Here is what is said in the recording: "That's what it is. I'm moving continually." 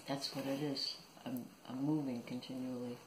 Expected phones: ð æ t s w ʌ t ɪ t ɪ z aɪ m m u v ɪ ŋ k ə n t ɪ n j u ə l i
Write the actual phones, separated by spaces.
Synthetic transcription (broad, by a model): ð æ t s w ʌ t ɪ t ɪ z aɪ m m u v ɪ ŋ k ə n t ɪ n j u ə l i